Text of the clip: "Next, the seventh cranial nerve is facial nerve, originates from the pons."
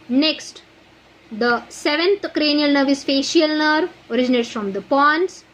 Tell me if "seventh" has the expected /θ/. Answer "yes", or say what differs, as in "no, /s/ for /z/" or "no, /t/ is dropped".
no, /t/ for /θ/